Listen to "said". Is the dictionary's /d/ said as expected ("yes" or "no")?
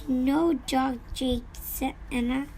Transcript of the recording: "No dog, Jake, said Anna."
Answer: no